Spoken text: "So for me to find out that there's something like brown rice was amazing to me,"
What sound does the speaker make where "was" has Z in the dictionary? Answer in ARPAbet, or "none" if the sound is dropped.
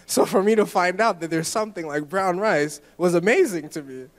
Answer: Z